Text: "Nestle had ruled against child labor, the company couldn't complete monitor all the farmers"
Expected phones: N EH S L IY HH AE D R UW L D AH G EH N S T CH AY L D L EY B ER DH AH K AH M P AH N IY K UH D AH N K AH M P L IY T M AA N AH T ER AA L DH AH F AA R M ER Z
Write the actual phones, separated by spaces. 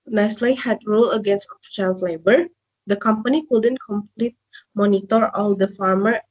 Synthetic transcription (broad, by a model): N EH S L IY HH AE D R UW L AH G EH N S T SH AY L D L EY B ER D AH K AH M P AH N IY K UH D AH N K AH M P L IY T M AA N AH T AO AA L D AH F AA R M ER